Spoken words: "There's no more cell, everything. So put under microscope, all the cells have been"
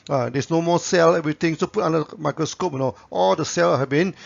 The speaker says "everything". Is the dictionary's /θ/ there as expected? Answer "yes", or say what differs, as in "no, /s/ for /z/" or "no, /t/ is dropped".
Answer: no, /t/ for /θ/